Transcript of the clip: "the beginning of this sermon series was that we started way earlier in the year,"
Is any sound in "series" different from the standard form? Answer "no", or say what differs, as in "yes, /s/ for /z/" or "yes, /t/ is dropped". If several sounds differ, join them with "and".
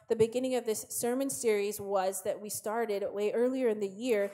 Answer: no